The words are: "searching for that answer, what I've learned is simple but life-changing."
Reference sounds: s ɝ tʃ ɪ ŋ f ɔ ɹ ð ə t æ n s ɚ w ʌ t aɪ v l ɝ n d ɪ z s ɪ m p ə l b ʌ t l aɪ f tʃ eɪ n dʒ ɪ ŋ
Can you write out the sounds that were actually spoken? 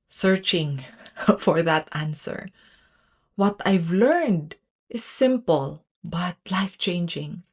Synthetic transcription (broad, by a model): s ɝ tʃ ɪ ŋ f ɔ ɹ ð ə t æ n s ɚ w ʌ t aɪ v l ɝ n d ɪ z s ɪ m p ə l b ʌ t l aɪ f tʃ eɪ n dʒ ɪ ŋ